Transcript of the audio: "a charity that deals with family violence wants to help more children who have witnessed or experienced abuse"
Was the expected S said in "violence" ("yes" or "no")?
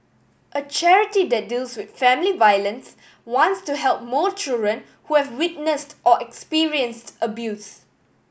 yes